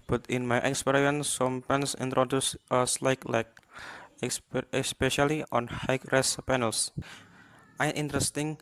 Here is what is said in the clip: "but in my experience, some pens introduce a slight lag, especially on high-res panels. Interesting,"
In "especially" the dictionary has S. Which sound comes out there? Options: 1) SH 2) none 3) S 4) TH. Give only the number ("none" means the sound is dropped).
3